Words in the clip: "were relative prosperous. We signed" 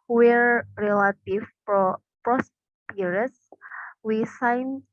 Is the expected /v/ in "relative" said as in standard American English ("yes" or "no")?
no